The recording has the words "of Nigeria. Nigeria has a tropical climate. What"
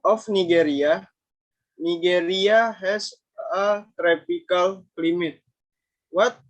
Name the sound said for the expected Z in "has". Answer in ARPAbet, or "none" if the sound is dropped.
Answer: S